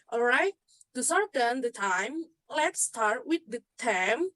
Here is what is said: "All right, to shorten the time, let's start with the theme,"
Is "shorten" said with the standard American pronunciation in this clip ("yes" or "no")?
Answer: no